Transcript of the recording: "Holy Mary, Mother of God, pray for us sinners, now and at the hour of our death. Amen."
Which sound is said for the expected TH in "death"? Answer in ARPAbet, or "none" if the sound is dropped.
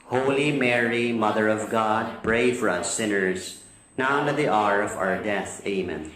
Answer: TH